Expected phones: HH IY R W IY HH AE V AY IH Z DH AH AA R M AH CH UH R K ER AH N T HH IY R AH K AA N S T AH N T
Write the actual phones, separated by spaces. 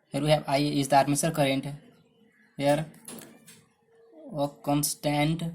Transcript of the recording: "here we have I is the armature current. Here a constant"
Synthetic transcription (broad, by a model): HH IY R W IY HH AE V AY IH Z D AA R M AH S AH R K ER AH N T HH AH R AH K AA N S T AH N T